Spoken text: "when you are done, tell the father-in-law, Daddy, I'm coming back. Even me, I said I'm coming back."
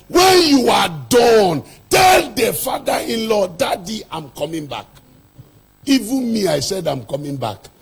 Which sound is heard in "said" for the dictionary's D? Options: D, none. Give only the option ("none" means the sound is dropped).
D